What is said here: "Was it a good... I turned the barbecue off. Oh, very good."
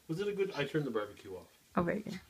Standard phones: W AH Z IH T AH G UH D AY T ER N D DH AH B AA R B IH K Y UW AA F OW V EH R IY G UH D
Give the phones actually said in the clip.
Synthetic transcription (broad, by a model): W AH Z IH T AH G UH D AY T ER N DH AH B R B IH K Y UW AA F OW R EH IY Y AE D